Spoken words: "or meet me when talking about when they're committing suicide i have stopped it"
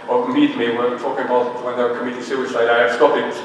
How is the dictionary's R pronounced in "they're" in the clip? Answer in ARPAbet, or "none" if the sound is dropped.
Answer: W